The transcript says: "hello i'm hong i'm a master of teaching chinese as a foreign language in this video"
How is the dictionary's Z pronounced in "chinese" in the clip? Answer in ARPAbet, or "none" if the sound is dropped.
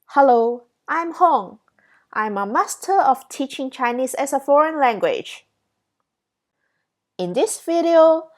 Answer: S